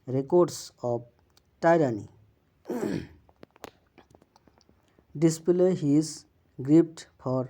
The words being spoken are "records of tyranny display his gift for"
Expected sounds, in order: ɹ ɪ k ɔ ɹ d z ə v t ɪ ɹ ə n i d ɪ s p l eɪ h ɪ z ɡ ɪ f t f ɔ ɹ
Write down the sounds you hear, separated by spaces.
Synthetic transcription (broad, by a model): ɹ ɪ k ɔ ɹ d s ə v t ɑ ɹ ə n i d ɪ s p l eɪ h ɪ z ɡ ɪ p t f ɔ ɹ